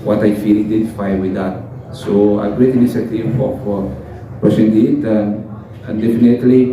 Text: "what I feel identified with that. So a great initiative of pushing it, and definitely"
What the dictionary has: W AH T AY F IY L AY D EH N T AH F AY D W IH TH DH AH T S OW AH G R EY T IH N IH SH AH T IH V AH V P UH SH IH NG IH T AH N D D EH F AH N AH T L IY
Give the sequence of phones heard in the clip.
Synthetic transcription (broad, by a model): W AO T AY F IY L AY D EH N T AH F AY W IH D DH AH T S OW AH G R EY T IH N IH S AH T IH F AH F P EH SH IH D IH T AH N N D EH F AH N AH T L IY